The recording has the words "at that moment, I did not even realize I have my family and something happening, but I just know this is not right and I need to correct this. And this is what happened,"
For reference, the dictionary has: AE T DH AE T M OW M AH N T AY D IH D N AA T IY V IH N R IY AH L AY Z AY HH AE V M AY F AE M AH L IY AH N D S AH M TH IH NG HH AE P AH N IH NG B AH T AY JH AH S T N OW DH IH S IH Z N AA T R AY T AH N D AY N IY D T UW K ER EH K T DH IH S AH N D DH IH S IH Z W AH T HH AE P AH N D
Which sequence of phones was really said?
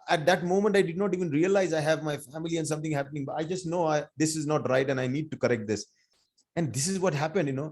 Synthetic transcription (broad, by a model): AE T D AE T M OW M AH N T AY D IH D N AA T IY V IH N R IY AH L AY Z AY HH AE V M AY F AE M AH L IY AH N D S AH M T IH NG HH AE P AH N IH NG B AH T AY JH AH S T N OW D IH S IH Z N AA T R AY T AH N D AY N IY D T UW K ER EH K T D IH S AH N D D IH S IH Z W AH T HH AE P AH N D